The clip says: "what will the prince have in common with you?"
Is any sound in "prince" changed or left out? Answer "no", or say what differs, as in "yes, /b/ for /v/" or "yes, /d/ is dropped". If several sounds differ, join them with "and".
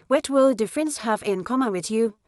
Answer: yes, /f/ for /p/